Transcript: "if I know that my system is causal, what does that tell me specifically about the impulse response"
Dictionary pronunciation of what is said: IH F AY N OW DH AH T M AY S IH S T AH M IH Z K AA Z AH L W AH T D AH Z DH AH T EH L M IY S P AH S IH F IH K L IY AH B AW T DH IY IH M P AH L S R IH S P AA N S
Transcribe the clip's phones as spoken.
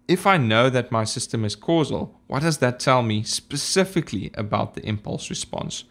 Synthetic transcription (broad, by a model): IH F AY N OW DH AH T M AY S IH S T AH M IH Z K AA Z AH L W AH T D AH Z DH AH T EH L M IY S P AH S IH F IH K L IY AH B AW T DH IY IH M P AH L S R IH S P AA N S